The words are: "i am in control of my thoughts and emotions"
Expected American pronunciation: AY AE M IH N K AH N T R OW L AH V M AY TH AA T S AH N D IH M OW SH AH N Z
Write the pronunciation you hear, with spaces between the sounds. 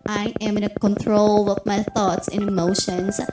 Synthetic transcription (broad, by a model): AY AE M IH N K AH N T R OW L AH V M AY TH AA T S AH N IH M OW SH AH N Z